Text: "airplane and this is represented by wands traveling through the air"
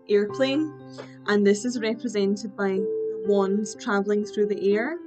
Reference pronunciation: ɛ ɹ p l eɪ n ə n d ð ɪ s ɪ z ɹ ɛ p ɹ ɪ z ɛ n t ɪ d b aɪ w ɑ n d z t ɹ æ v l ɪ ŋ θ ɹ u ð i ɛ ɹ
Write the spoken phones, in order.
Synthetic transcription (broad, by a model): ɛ ɹ p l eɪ n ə n ð ɪ s ɪ z ɹ ɛ p ɹ ɪ z ɛ n t ɪ d b aɪ w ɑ n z t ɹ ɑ v l ɪ ŋ θ ɹ u ð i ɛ ɹ